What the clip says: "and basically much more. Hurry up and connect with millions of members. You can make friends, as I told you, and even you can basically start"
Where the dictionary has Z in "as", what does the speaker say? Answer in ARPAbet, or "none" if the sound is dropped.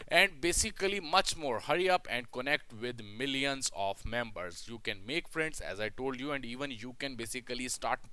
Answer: Z